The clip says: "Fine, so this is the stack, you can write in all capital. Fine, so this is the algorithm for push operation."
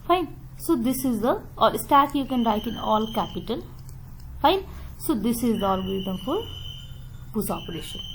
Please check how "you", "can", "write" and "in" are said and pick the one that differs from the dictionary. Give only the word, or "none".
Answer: none